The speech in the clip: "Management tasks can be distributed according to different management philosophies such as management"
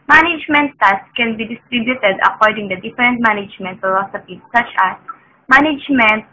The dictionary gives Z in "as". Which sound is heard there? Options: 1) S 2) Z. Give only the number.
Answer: 1